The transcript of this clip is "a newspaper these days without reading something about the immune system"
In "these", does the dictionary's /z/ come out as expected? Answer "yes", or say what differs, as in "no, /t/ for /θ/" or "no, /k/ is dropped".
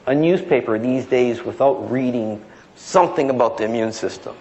yes